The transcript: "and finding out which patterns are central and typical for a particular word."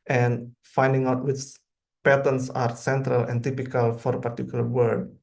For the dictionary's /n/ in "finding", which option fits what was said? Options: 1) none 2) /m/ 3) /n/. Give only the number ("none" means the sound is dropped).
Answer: 3